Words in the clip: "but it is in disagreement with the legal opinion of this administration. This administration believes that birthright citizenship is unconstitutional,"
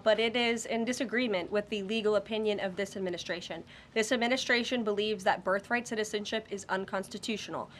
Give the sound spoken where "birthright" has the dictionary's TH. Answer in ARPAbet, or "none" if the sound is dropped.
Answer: TH